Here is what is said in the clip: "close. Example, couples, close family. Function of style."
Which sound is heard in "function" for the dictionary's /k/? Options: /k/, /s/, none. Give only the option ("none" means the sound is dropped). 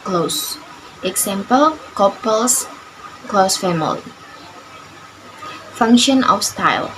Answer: /k/